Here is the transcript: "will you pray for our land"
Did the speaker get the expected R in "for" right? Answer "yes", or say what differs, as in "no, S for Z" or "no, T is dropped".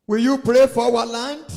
no, W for R